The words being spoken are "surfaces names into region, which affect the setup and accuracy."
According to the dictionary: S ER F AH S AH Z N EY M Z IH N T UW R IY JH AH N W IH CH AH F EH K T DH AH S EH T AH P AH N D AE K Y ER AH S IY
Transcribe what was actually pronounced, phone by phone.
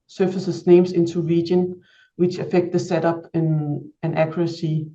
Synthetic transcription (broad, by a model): S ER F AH S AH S N EY M S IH N S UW R IY JH AH N W IH CH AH F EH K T DH AH S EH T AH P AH N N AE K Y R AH S IY